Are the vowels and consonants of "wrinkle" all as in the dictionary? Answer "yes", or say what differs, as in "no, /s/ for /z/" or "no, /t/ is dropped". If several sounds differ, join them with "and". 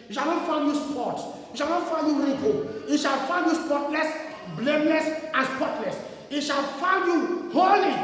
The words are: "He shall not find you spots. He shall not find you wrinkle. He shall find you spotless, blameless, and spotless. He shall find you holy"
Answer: no, /w/ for /ɹ/